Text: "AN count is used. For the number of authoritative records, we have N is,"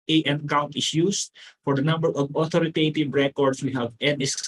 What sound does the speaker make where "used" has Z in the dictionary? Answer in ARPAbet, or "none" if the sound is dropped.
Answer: S